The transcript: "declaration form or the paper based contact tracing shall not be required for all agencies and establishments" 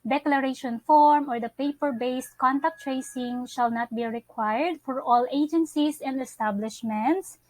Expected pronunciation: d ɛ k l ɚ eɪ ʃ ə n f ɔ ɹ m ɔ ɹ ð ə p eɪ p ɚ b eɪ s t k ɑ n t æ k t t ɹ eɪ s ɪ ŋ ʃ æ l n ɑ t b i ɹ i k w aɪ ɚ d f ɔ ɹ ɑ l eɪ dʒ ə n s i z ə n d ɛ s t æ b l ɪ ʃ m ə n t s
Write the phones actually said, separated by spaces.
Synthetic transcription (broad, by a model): d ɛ k l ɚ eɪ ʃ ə n f ɔ ɹ m ɔ ɹ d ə p eɪ p ɚ b eɪ s t k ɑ n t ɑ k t t ɹ eɪ s ɪ ŋ ʃ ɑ l n ɑ t b i ɹ i k w aɪ ɚ d f ɔ ɹ ɑ l eɪ dʒ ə n s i s ə n d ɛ s t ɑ b l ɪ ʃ m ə n t s